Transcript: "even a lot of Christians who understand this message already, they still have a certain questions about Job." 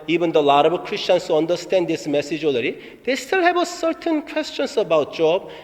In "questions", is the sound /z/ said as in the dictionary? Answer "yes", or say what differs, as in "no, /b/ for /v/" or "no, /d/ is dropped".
no, /s/ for /z/